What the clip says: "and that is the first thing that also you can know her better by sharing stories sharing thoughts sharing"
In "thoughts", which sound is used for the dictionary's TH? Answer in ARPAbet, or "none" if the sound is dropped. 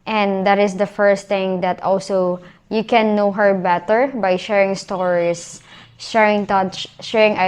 T